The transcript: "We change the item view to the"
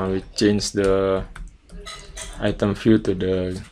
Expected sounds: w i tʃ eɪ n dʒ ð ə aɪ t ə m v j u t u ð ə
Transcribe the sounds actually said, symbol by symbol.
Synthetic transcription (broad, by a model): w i tʃ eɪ n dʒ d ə aɪ t ə m f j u t u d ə